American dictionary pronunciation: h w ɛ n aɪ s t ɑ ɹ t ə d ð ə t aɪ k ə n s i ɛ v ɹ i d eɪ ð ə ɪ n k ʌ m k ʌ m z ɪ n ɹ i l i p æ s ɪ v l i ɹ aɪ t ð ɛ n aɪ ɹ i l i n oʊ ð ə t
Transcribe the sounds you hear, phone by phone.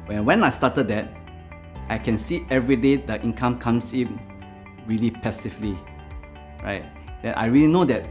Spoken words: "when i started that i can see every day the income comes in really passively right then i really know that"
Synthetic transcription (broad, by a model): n w ɛ n aɪ s t ɑ t ə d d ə t aɪ k ə n s i ɛ v ɹ i d eɪ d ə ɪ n k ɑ m k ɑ m s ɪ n ɹ i l i p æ s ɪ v l i ɹ aɪ t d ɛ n aɪ ɹ i l i n oʊ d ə t